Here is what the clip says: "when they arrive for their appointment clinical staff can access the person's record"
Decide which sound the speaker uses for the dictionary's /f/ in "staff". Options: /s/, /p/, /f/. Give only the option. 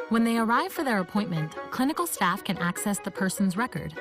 /f/